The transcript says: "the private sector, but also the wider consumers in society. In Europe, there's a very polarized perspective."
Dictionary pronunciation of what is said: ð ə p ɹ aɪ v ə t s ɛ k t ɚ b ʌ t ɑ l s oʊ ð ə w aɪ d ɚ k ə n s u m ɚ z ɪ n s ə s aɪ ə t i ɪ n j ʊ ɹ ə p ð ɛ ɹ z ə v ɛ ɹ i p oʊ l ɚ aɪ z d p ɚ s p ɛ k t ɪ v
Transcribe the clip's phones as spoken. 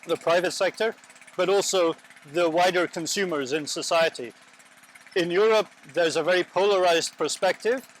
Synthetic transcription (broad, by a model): ð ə p ɹ aɪ v ə t s ɛ k t ɚ b ʌ t ɑ l s oʊ ð ə w aɪ d ɚ k ə n s u m ɚ z ɪ n s ə s aɪ ə t i ɪ n j ʊ ɹ ə p ð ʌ ɹ z ə v ɛ ɹ i p oʊ l ɚ aɪ z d p ɚ s p ɛ k t ɪ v